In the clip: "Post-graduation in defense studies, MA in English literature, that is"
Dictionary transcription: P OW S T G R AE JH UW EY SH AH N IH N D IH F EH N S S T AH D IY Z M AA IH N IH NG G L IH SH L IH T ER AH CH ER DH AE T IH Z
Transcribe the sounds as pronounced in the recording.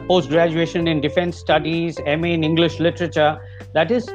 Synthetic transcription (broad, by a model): P OW S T G R AE JH UW EY SH AH N IH N D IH F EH N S S T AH D IY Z M IH N IH NG G L IH SH L IH T ER AH CH ER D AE T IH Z